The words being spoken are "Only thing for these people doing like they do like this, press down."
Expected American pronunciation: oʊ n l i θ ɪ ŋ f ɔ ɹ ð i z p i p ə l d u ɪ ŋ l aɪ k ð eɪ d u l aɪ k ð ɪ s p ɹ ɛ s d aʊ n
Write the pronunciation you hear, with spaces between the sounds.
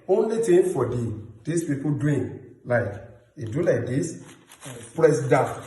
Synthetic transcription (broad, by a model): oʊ n l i t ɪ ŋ f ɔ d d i s p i p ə d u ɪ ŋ l aɪ k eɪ d u l aɪ k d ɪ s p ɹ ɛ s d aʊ